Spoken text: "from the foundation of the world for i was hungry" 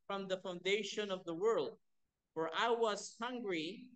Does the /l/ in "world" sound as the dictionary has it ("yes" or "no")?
yes